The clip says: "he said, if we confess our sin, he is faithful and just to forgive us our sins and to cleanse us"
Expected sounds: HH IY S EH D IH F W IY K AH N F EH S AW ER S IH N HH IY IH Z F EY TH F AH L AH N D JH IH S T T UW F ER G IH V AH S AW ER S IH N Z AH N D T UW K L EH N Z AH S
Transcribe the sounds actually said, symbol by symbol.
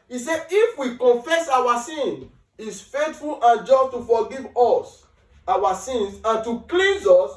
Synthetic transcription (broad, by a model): IY S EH IH F W IY K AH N F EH S AW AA S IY N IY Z F EY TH F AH L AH N JH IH S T T UW F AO G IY V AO S AW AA S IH N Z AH N T UW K L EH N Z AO S